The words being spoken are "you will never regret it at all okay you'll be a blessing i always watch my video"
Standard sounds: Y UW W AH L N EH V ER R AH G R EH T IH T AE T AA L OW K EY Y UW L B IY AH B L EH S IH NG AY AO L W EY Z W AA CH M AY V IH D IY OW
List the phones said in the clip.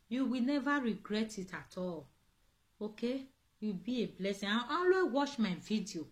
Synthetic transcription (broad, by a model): Y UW W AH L N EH V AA R AH G R EH T IH T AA T AA L OW K EY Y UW B IY AH B L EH S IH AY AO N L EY W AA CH M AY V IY D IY OW